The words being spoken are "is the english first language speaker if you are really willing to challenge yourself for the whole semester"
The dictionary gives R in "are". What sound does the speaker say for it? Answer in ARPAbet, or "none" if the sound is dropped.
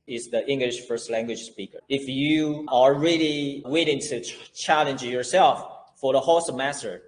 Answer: L